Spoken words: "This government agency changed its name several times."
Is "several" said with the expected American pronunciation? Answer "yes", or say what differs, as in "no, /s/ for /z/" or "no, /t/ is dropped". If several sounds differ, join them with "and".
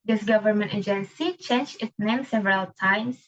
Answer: yes